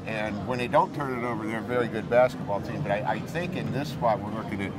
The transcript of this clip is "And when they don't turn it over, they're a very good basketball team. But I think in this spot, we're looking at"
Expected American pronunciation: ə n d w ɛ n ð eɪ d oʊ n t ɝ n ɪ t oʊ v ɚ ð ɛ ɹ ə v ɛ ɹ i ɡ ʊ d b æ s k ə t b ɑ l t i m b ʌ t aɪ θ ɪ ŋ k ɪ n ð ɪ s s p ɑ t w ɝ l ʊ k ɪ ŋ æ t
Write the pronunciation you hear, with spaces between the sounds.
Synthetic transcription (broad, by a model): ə n w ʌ n ð eɪ d oʊ n t ɝ n ɪ t oʊ v ɚ ð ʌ ɹ v ɛ ɹ i ɡ ʊ d b æ s k ə t b ɑ l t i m b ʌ t aɪ θ ɪ ŋ k ɪ n ð ɪ s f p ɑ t w ɝ l ʊ k ɪ ŋ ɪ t